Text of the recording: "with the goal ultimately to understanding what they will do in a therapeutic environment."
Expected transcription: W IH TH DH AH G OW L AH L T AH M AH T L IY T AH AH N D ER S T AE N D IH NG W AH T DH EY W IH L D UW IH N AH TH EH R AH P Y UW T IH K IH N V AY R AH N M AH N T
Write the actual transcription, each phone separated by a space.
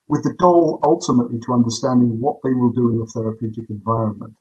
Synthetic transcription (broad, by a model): W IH DH AH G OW L AH L T AH M AH T L IY T AH AH N D ER S T AE N D IH NG W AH T DH EY W IH L D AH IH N AH TH EH R AH P Y UW T IH K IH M V AY R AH N M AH N T